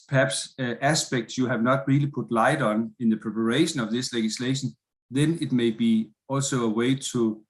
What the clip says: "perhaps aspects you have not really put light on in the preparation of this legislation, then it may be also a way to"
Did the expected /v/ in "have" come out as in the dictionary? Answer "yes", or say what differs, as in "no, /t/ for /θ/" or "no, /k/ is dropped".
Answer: yes